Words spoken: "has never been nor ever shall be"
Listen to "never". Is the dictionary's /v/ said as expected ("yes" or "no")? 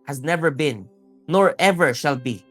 yes